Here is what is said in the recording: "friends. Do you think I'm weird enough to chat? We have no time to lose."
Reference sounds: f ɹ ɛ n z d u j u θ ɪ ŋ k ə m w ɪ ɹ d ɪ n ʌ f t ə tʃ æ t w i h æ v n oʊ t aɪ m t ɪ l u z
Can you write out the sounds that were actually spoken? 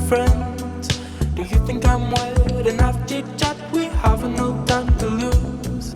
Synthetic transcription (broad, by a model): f ɹ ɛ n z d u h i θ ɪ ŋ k ə m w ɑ l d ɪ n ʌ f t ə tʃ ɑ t w i h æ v n oʊ t aɪ m t ɪ l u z